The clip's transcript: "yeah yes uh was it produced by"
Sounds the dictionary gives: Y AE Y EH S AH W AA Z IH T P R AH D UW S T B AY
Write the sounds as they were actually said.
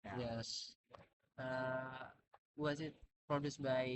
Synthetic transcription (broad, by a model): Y Y EH S AH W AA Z IH T P R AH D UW S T B AY